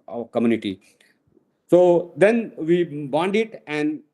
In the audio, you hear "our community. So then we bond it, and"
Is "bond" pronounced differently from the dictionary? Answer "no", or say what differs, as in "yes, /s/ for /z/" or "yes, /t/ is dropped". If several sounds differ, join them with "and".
no